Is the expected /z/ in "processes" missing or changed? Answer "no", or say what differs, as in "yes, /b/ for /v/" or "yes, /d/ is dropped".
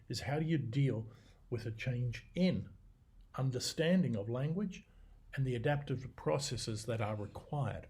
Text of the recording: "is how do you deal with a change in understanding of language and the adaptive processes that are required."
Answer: no